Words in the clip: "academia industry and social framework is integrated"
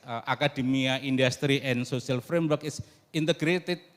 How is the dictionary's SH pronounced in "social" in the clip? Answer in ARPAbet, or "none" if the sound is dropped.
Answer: S